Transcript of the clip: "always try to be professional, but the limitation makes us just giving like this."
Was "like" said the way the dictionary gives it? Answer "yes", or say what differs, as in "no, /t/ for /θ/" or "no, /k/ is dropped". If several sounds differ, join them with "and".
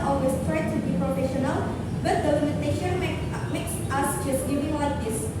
no, /w/ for /l/